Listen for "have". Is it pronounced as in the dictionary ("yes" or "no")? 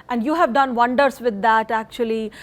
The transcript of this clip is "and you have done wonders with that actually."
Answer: yes